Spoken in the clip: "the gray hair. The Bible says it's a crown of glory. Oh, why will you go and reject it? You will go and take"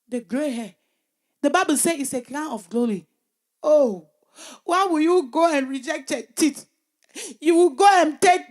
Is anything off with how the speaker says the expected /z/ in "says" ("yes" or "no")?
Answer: yes